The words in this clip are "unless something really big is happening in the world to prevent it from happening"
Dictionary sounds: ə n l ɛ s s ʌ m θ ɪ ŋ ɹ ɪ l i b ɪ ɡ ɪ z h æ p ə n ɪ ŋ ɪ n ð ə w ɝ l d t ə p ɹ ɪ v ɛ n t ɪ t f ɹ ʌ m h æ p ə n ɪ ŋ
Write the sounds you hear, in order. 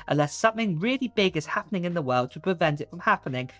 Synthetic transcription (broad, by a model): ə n l ɛ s s ʌ m θ ɪ ŋ ɹ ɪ l i b ɪ ɡ ɪ z h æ p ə n ɪ ŋ ɪ n ð ə w ɝ l d t ə p ɹ ɪ v ɛ n t ɪ t f ɹ ʌ m h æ p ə n ɪ ŋ